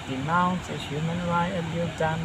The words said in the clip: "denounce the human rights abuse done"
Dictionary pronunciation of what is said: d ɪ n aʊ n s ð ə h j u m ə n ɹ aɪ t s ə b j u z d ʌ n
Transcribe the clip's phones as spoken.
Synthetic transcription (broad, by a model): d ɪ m aʊ n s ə h j u m ə n ɹ aɪ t ə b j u d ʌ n